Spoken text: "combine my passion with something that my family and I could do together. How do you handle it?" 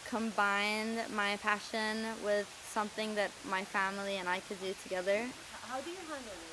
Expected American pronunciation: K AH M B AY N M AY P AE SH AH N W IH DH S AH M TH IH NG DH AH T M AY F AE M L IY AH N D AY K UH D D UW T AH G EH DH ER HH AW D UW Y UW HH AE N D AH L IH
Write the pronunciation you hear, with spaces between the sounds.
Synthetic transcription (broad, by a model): K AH M B AY N M AY P AE SH AH N W IH DH S AH M TH IH NG DH AH T M AY F AE M L IY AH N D AY K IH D D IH T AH G EH DH ER HH AW D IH Y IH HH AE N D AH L